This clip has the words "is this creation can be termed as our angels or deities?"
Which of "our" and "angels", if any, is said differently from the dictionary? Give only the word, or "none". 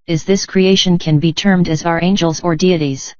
none